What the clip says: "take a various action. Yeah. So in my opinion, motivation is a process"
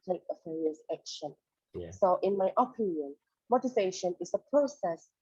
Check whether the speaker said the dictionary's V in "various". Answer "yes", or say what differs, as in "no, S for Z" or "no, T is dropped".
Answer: no, F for V